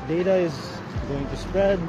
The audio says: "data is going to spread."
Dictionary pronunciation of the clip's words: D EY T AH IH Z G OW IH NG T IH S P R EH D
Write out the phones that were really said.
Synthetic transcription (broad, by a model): D EY T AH IH Z G OW IH NG T IH S P R EH D